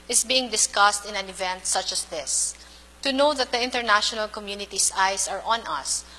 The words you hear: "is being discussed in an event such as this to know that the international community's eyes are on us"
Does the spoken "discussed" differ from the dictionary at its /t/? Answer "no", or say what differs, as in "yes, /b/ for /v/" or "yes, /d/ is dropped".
no